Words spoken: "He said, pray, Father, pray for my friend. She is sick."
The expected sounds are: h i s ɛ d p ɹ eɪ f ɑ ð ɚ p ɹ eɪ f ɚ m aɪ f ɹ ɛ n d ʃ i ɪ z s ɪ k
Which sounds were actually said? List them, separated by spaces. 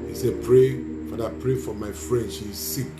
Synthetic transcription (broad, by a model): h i s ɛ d p ɹ eɪ f ɑ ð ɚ p ɹ eɪ f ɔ m aɪ f ɹ ɛ n d s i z s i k